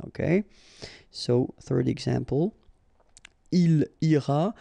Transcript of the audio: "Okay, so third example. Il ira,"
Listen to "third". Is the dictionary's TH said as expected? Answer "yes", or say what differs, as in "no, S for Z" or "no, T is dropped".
yes